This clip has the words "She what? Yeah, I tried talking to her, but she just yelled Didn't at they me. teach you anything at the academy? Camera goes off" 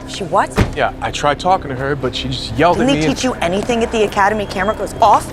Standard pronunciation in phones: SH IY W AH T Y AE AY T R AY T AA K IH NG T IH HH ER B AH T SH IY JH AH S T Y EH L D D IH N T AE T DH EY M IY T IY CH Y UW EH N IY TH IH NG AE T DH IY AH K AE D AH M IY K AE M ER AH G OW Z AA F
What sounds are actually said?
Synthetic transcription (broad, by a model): SH IY W AH T Y AE AY T R AY T AA K IH NG T IH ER B AH T SH IY JH AH S T Y EH L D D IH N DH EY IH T IY CH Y EH N IY TH IH NG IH T DH IY AH K AE D AH M IY K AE M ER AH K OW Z AA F